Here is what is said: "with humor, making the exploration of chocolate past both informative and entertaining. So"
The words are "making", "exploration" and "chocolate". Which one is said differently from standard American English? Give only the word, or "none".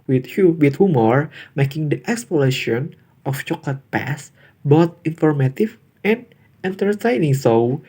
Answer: exploration